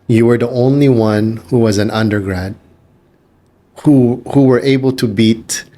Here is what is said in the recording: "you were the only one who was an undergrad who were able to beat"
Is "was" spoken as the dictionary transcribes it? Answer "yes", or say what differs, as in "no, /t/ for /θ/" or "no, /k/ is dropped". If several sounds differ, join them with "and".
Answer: yes